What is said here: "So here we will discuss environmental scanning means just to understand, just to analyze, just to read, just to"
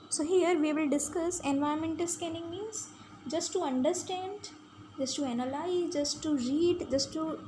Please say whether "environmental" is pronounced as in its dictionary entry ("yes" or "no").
no